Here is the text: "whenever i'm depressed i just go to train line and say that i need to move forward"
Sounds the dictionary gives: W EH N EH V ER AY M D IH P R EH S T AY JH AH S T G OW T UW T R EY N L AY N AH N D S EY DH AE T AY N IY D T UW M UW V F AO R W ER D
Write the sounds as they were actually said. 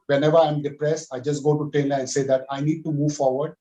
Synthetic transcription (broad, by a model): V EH N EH V ER AY M D IH P R EH S T AY JH AH S T G OW T UW T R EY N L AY AH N S EY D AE T AY N IY D T UW M UW V F AO R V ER D